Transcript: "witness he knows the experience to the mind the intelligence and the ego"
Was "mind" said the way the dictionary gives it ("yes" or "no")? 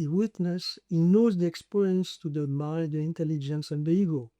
no